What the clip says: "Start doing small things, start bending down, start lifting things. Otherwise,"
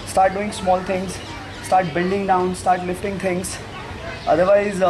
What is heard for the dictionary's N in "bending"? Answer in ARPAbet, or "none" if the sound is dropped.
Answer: L